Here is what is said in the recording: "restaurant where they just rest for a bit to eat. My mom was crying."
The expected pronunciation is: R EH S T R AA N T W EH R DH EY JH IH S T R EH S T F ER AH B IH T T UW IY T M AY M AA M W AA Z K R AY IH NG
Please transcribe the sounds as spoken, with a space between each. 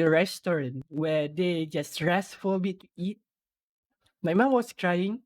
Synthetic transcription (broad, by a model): R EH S T R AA N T W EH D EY JH IH S T R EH S F AH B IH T T UW IY T M AY M AA M W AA S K R AY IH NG